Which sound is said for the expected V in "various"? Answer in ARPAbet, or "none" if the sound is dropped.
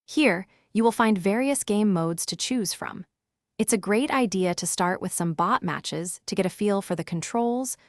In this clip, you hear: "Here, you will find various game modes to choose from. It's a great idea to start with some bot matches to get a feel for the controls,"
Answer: V